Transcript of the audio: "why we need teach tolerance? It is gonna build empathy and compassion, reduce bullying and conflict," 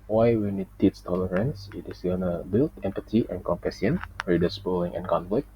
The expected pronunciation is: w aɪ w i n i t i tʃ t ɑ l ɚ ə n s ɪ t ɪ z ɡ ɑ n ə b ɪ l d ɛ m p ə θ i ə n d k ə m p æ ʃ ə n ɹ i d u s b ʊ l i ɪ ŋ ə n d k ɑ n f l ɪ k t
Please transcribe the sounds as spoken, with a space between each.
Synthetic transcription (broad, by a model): w aɪ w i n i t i s t ɑ l ɚ ə n s ɪ t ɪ s ɡ ɑ n ə b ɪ l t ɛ m p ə t i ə n k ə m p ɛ s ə n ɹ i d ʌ s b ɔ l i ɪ ŋ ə n k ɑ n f l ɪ k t